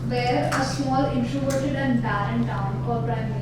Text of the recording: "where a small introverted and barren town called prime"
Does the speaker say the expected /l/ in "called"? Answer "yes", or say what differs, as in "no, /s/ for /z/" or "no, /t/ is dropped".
no, /l/ is dropped